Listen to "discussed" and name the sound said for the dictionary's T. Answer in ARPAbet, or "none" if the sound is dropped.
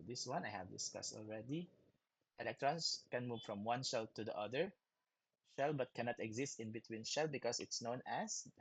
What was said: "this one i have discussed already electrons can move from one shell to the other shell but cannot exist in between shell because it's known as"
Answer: T